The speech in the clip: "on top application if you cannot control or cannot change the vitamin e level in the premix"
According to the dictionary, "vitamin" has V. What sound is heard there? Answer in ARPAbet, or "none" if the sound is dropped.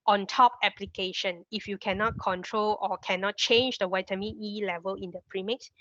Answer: W